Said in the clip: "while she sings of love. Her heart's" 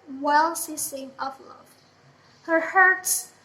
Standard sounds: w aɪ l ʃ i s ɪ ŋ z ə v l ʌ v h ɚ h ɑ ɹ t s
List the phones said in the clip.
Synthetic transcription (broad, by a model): w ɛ l s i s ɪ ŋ ə v l ʌ v h ɚ h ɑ ɹ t s